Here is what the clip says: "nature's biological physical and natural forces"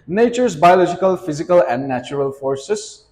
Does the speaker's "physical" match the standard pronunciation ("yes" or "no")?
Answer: yes